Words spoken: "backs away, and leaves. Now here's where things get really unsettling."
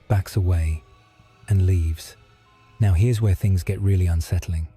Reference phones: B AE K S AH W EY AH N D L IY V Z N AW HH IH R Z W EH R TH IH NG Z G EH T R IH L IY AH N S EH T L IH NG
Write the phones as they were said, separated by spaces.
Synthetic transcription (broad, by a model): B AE K S AH W EY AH N L IY V Z N AW HH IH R Z W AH R TH IH NG Z G EH T R IH L IY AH N S EH T L IH NG